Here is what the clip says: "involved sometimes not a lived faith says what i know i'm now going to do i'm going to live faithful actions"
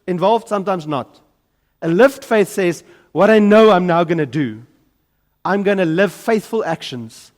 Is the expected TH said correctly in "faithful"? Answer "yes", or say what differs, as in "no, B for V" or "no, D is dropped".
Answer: yes